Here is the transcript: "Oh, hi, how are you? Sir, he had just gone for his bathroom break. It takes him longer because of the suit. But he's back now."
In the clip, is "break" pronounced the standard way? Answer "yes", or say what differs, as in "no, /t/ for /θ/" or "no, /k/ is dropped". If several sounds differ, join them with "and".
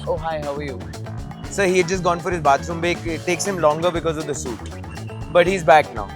no, /ɹ/ is dropped